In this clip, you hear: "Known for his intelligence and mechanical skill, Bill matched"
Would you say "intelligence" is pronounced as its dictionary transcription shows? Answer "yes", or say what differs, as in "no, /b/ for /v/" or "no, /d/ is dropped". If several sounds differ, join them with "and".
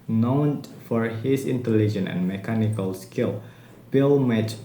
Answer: no, /s/ is dropped